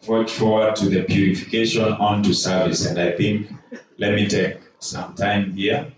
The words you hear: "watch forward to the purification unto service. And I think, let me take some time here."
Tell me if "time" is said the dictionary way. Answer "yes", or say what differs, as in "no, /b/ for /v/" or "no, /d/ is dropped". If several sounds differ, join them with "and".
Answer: yes